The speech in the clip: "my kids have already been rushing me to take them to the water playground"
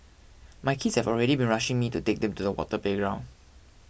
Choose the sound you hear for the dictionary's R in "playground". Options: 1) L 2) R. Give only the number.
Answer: 2